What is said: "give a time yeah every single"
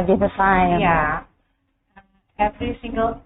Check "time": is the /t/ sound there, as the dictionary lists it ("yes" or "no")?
no